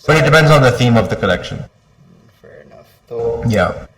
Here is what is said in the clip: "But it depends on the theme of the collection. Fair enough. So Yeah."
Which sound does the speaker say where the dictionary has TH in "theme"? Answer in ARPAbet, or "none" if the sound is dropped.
TH